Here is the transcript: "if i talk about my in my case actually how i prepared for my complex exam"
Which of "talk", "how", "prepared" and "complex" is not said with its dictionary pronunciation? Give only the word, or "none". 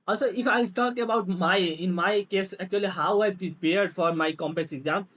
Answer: complex